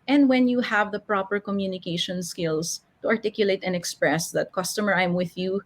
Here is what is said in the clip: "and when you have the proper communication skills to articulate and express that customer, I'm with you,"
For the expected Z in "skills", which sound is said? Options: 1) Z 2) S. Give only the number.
2